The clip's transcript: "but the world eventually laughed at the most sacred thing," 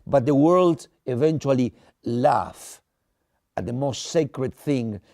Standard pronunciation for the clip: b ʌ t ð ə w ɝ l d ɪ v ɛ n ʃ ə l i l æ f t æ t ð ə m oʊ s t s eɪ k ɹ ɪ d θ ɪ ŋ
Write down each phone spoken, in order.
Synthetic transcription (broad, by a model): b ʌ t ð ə w ɝ l d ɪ v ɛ n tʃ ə l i l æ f æ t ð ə m oʊ s t s eɪ k ɹ ɪ d θ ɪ ŋ